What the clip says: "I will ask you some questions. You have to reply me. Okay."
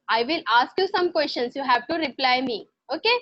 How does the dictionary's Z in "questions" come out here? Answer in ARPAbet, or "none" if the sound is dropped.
S